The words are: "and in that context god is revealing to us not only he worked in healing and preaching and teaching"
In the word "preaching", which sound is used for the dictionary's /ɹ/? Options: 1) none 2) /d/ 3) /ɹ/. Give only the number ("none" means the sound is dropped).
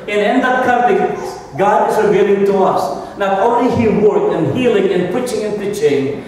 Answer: 1